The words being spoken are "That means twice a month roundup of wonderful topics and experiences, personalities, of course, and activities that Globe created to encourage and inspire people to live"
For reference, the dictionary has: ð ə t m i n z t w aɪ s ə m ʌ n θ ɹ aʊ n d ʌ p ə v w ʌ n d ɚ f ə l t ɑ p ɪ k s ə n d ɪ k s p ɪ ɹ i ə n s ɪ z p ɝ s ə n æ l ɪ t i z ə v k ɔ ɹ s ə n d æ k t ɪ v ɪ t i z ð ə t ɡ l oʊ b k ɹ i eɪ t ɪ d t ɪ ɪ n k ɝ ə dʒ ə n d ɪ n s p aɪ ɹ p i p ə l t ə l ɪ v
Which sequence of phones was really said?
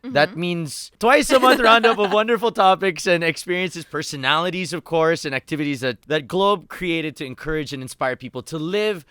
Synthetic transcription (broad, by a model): ð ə t m i n z t w aɪ s ə m ʌ n θ ɹ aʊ n d ʌ p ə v w ʌ n d ɚ f l t ɑ p ɪ k s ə n ɪ k s p ɪ ɹ i ə n s ɪ z p ɝ s ə n æ l ɪ t i z ə v k ɔ ɹ s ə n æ k t ɪ v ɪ t i z ð ə t ɡ l oʊ b k ɹ i eɪ t ɪ d t ɪ ɪ n k ɝ ə dʒ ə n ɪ n s p aɪ ɹ p i p l t ə l ɪ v